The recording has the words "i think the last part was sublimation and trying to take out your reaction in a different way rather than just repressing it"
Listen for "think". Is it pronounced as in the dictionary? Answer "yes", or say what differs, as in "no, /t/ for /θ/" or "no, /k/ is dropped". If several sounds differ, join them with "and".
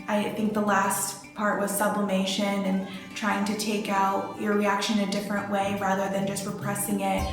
yes